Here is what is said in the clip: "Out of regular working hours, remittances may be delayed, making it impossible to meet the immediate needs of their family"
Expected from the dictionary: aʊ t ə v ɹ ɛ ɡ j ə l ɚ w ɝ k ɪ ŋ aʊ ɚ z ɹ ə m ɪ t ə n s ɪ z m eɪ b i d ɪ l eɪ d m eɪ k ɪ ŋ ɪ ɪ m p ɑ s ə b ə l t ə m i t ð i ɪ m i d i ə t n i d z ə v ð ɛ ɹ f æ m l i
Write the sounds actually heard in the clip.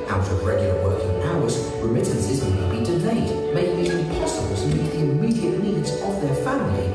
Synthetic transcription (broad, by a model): aʊ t ə v ɹ ɛ ɡ j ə l ɚ w ɝ k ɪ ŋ aʊ ɚ z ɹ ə m ɪ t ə n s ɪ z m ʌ b i d ɪ l eɪ d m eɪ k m ɪ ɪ p ɑ s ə b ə l t ə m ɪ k ð i ɪ m i d i ə t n i d z ə v ð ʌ ɹ f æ m l i